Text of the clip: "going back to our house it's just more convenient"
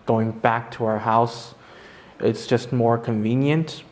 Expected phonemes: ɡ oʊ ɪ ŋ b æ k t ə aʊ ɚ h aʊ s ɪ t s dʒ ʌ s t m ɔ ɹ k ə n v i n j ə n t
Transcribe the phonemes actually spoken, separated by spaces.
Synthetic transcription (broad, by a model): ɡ oʊ ɪ ŋ b æ k t ə aʊ ɚ h aʊ s ɪ t s dʒ ʌ s t m ɔ ɹ k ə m v i n j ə n t